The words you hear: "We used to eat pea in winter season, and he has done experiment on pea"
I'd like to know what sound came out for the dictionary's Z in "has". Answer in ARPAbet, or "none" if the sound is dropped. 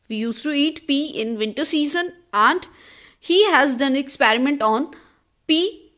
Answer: Z